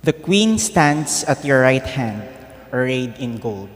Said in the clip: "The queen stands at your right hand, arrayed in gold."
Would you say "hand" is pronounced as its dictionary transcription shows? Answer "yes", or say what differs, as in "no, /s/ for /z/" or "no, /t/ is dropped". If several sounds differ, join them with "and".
yes